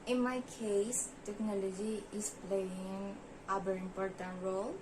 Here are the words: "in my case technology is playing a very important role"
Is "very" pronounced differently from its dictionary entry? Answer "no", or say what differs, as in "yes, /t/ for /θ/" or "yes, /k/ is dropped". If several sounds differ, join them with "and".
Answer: yes, /b/ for /v/